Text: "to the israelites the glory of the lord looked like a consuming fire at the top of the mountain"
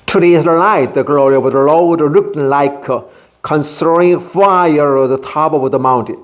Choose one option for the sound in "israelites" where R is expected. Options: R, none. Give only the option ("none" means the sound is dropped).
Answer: none